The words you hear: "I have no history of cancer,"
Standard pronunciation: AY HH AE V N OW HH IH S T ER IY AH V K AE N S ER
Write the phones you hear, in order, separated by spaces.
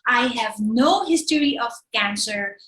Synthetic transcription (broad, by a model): AY HH AE V N OW HH IH S T ER IY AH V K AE N S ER